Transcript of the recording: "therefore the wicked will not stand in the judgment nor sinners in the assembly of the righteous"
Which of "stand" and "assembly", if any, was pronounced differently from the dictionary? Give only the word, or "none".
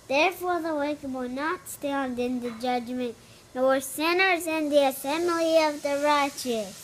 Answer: assembly